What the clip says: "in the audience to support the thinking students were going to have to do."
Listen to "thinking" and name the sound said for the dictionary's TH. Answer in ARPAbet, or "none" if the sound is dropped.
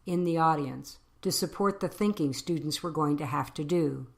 TH